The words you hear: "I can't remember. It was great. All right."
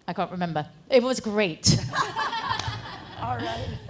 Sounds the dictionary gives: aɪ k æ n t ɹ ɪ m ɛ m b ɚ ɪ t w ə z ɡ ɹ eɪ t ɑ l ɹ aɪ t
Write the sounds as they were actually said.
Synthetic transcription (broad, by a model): aɪ k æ n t ɹ ɪ m ɛ m b ɚ ɪ t w ə z ɡ ɹ eɪ ɪ t